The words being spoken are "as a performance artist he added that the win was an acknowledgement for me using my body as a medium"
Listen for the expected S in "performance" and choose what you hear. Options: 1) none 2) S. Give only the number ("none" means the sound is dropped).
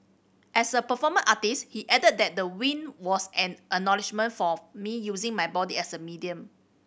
1